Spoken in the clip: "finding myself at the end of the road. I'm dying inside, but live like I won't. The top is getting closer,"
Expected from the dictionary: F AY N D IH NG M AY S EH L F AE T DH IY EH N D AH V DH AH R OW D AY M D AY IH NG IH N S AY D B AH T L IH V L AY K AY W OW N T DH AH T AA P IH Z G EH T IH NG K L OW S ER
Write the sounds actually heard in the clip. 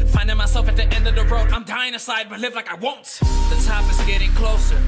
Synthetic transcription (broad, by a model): F AY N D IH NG M AY S EH L F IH T DH IY EH N D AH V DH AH R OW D AY M D AY IH NG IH S AY D B AH T L IH V L AY K AY W OW N T DH AH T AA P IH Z G EH T IH NG K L OW S ER